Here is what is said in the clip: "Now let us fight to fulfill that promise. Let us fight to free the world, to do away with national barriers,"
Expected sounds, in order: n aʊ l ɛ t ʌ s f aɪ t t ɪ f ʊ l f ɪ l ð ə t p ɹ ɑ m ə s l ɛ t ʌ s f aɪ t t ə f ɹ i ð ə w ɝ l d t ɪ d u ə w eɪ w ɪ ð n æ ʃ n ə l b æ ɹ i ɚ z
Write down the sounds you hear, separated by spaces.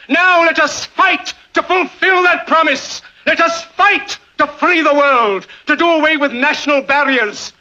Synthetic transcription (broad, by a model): n aʊ l ɛ t ʌ s f aɪ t t ɪ f ʊ l f ɪ l ð ə t p ɹ ɑ m ə s l ɛ t ʌ s f aɪ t t ə f l i ð ə w ɝ l d t ɪ d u ə w eɪ w ɪ ð n æ ʃ n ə l b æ ɹ i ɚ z